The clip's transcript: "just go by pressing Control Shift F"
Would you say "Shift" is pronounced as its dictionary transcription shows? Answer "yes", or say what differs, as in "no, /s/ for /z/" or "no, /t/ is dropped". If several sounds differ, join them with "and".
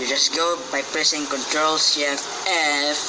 no, /s/ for /ʃ/